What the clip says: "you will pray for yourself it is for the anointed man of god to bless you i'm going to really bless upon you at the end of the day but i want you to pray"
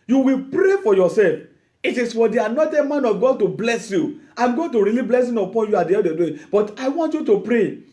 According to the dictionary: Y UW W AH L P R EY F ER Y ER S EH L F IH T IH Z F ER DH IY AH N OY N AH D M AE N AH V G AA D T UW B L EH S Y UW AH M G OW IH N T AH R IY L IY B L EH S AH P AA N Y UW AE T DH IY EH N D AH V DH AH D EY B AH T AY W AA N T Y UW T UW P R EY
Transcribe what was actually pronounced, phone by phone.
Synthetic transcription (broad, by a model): Y UW W AH L P R EY F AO Y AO S EH L F IH T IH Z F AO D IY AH N OY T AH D M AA N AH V G AA D T UW B L EH S Y UW AH M G OW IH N T AH R IY L IY B L EH S AH P AA N Y UW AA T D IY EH D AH D EY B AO T AY W AA N T Y UW T UW P R EY